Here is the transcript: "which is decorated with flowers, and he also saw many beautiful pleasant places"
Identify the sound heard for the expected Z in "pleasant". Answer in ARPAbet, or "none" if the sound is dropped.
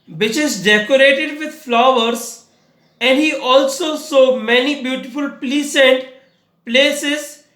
S